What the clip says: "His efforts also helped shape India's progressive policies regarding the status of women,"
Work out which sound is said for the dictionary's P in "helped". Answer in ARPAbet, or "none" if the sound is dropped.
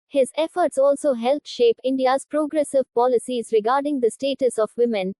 none